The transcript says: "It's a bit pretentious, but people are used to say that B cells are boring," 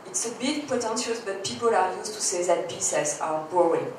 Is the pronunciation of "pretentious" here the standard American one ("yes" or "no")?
no